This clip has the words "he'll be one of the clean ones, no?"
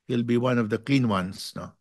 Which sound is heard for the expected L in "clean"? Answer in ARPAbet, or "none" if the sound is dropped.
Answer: none